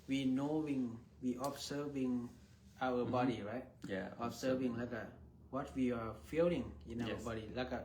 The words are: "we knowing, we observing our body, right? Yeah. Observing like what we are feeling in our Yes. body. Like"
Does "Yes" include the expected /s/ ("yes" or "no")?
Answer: no